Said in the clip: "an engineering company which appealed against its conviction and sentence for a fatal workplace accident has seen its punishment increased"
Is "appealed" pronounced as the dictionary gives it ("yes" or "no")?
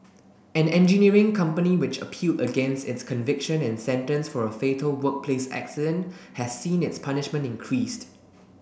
yes